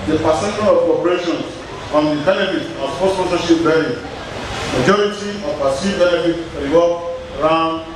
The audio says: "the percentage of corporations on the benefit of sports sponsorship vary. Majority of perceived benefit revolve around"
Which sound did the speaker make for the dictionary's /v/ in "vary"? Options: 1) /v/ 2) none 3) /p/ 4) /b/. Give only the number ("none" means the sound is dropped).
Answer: 4